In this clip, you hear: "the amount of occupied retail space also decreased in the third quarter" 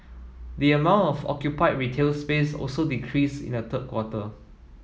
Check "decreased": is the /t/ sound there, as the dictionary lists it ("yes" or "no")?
no